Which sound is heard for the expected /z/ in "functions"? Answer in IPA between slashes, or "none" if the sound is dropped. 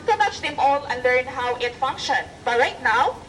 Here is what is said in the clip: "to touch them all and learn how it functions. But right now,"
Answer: none